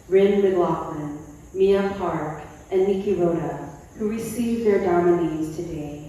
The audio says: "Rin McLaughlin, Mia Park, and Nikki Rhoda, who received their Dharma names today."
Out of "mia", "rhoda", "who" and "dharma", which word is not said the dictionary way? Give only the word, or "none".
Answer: rhoda